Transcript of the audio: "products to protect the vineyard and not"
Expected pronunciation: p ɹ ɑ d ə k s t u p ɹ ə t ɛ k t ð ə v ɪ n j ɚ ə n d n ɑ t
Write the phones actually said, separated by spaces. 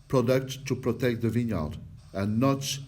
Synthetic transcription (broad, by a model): p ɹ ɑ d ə k t u p ɹ ə t ɛ k t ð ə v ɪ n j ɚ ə l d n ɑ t